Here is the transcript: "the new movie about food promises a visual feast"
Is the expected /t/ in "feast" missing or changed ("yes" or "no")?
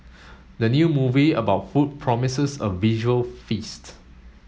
no